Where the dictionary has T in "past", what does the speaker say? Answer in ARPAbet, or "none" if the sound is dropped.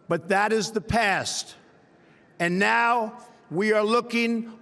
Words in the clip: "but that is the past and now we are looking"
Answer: T